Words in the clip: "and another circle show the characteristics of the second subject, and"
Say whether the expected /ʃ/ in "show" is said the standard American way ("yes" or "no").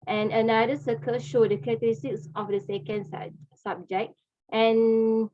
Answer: yes